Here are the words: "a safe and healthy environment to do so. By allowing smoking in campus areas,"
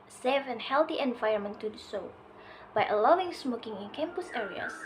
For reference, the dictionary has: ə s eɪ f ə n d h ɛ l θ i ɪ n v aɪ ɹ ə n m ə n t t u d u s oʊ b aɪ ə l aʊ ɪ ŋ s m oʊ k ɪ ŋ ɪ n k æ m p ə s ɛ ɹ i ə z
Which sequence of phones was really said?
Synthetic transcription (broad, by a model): s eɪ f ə n h ɛ l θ i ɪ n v aɪ ə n m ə n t t u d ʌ s oʊ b aɪ ə l aʊ ɪ ŋ s m oʊ k ɪ ŋ ɪ n k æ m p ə s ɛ ɹ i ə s